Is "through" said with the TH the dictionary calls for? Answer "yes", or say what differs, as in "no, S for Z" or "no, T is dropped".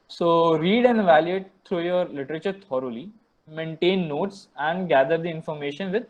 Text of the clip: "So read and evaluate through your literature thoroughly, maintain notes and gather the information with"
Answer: no, T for TH